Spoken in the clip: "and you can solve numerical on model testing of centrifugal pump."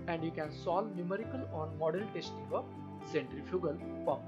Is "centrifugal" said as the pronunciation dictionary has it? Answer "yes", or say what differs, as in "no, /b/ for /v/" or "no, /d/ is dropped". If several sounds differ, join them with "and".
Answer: yes